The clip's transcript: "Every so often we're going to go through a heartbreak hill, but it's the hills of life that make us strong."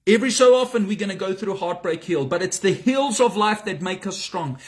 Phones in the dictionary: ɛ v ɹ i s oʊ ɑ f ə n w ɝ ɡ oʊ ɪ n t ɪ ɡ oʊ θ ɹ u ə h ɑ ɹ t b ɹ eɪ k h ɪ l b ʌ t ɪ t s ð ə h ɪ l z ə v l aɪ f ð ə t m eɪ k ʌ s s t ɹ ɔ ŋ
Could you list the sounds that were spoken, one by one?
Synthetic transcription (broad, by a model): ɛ v ɹ i s oʊ ɑ f ə n w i ɡ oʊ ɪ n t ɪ ɡ oʊ θ ɹ u h ɑ ɹ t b ɹ eɪ k h ɪ l b ʌ t ɪ t s ð ə h ɪ l z ə v l aɪ f ð ə t m eɪ k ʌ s s t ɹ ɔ ŋ